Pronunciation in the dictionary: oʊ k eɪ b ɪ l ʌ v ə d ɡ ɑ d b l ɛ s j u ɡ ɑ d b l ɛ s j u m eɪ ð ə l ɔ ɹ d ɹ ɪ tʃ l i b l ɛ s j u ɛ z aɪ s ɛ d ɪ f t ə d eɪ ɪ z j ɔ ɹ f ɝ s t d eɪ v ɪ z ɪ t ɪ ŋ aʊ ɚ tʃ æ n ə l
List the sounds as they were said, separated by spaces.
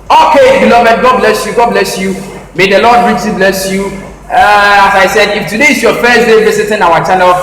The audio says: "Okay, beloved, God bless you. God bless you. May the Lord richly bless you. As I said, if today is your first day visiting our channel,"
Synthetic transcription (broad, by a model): oʊ k eɪ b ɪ l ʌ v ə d ɡ ɑ d b l ɛ s j u ɡ ɑ d b l ɛ s j u m eɪ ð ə l ɔ d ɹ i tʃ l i b l ɛ s j u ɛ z aɪ s ɛ d ɪ f t ə d eɪ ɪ s j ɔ f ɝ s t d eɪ b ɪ s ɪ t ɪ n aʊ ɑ tʃ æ n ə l